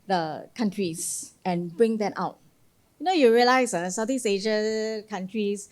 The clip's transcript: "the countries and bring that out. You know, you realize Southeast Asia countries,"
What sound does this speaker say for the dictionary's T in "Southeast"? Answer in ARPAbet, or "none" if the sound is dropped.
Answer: none